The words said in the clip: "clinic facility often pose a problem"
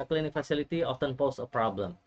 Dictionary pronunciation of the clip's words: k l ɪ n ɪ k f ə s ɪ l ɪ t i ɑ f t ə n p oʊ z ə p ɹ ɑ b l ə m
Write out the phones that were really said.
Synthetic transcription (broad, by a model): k l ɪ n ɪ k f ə s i l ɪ t i ɑ f t ə n p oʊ s ə p ɹ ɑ b l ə m